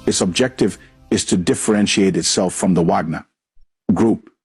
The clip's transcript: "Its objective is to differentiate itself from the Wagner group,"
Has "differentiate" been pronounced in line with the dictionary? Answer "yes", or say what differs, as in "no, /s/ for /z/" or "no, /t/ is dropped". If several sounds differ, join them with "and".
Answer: yes